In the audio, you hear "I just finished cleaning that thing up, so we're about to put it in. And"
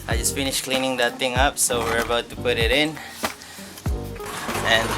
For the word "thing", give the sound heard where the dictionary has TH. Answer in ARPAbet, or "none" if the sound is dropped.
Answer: T